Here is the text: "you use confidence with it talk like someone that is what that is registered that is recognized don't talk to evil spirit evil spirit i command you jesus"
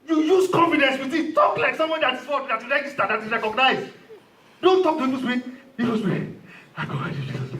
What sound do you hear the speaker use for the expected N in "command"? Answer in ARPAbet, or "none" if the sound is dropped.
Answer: none